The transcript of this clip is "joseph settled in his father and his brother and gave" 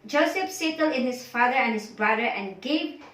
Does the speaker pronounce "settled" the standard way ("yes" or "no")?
no